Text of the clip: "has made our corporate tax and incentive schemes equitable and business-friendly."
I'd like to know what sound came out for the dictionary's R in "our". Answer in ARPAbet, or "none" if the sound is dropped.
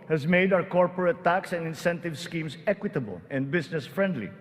W